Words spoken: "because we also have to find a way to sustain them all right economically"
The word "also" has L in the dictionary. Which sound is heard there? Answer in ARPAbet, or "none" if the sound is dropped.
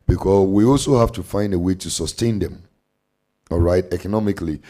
L